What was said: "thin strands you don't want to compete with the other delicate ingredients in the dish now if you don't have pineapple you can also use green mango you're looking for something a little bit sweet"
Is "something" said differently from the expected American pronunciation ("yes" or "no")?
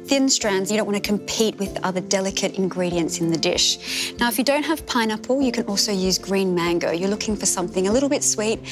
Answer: no